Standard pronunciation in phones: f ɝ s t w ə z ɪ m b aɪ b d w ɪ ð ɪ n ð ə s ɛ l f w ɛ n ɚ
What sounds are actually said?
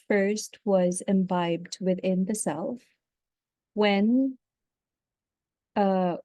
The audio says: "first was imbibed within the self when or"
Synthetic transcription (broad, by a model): f ɝ s t w ə z ɪ m b aɪ b d w ɪ ð ɪ n ð ə s ɛ l f w ɛ n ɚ